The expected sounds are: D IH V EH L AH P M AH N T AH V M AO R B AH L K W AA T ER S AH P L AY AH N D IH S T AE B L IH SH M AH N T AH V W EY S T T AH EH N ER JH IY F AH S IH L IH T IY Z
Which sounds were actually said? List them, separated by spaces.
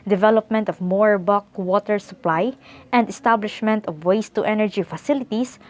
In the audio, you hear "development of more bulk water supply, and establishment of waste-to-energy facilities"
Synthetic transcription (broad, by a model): D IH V EH L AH P M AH N T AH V M AO R B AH K W AA T ER S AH P L AY AH N D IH S T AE B L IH SH M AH N T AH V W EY S T T EH N ER JH IY F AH S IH L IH T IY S